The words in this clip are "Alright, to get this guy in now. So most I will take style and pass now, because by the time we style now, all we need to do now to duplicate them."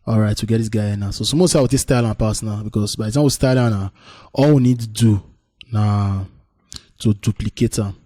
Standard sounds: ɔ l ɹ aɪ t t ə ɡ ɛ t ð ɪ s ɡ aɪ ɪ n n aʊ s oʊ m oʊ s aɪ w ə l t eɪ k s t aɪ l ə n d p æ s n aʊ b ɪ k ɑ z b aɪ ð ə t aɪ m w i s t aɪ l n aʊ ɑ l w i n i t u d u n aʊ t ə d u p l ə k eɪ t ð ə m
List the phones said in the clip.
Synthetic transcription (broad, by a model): ɔ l ɹ aɪ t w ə ɡ ɛ t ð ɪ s ɡ aɪ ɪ n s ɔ s oʊ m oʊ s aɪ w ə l t eɪ k s t aɪ l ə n p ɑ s n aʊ b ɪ k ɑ s b aɪ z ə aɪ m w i s t aɪ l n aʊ ɑ l w i n i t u d u n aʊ t ə d u p l ə k eɪ t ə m